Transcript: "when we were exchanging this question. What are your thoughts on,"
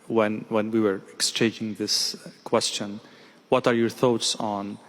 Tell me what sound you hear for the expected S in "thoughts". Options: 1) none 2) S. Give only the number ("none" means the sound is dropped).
2